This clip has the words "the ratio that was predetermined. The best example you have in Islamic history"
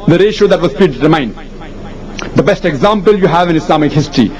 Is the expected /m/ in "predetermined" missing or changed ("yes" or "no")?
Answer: yes